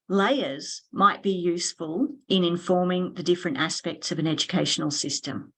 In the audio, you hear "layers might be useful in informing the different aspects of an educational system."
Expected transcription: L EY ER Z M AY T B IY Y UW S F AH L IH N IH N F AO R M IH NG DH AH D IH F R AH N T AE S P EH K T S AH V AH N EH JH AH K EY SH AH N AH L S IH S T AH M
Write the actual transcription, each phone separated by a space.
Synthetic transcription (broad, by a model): L EY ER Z M AY T B IY Y UW S F AH L IH N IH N F AO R M IH NG DH AH D IH F R AH N T AE S P EH K T S AH V AH N EH JH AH K EY SH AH N L S IH S T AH M